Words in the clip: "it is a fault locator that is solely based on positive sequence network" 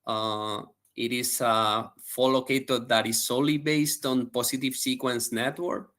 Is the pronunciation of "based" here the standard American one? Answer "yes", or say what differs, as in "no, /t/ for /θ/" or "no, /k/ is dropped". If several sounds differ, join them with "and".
yes